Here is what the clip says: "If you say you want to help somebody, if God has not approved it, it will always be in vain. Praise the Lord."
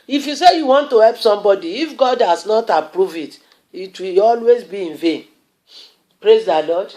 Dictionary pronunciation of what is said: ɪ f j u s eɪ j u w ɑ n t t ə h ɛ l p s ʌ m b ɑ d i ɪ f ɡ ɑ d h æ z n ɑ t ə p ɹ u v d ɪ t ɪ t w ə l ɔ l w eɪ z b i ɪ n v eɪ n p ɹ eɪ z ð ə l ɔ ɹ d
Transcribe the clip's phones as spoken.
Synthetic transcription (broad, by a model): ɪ f j u s eɪ j u w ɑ n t t ə h ɛ l p s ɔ m b ɑ d i ɪ f ɡ ɑ d h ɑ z n ɑ t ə p ɹ u v ɪ t ɪ t w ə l ɔ l w eɪ z b i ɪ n v eɪ n p ɹ eɪ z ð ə l ɔ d